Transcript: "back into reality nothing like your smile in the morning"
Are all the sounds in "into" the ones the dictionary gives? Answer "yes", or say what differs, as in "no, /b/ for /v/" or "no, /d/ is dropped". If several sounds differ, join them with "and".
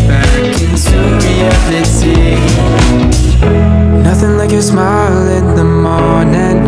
no, /s/ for /t/